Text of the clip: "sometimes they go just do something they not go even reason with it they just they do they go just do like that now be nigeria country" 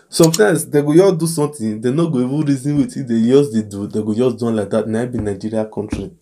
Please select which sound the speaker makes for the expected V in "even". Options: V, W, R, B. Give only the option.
W